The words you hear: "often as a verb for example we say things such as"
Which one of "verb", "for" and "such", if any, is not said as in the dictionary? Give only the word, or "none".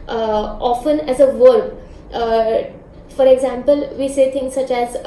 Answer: none